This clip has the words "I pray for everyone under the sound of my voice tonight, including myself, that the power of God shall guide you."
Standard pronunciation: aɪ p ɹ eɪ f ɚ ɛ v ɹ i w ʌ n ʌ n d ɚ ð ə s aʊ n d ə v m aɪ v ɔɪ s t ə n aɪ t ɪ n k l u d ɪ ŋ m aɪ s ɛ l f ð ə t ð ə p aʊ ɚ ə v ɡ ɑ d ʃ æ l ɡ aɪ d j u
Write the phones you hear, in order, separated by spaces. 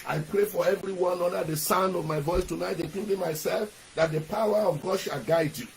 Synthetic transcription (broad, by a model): aɪ p ɹ eɪ f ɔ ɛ v ɹ i w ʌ n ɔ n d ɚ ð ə s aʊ n d ə v m aɪ v ɔɪ s t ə n aɪ t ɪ k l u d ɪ m aɪ s ɛ l f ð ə t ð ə p aʊ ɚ ə v ɡ ɑ d ʃ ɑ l ɡ aɪ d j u